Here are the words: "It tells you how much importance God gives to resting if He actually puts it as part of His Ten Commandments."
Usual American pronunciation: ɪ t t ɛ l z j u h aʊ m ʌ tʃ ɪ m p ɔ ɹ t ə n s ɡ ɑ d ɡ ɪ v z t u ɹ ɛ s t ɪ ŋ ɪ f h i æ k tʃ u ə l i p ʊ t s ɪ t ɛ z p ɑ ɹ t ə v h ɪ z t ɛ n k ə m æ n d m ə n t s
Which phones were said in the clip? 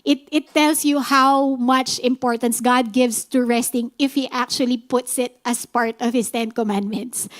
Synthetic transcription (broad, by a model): ɪ t t ɛ l s j u h aʊ m ʌ tʃ ɪ m p ɔ ɹ t ə n s ɡ ɑ d ɡ ɪ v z t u ɹ ɛ s t ɪ ŋ ɪ f h i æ k tʃ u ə l i p ʊ t s ɪ t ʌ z p ɑ ɹ t ə v h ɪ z t ɛ n k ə m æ n d m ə n t s